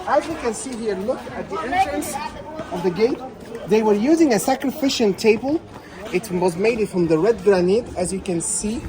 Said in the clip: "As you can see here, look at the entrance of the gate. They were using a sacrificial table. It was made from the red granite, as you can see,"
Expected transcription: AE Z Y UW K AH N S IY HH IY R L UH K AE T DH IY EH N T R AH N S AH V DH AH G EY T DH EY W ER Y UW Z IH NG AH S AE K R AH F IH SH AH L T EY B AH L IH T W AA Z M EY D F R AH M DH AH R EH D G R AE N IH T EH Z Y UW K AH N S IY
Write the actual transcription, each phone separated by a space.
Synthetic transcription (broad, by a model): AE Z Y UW K AH N S IY HH IY R L UH K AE T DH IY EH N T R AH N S AH V DH AH G EY T DH EY W ER Y UW Z IH NG AH S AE K R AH F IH SH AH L T EY B AH L IH T W AA Z M EY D F R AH M DH AH R EH D G R AE N IH T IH Z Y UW K AH N S IY